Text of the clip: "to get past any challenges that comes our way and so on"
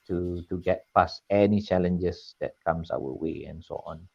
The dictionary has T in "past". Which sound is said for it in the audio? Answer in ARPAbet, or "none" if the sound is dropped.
none